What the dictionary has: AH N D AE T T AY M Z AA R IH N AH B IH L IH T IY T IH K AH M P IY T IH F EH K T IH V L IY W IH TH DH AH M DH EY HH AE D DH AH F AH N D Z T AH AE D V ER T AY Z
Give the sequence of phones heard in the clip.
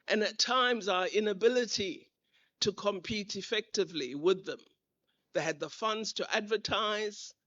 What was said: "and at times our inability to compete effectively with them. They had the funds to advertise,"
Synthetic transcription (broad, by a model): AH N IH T T AY M Z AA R IH N AH B IH L IH T IY T IH K AH M P IY T IH F EH K T IH V L IY W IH DH AH M DH EY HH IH D DH AH F AH N D Z T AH AE D V ER T AY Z